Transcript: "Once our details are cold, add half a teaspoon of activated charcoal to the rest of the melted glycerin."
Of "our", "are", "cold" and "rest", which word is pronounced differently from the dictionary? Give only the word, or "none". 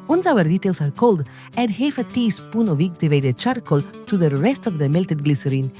none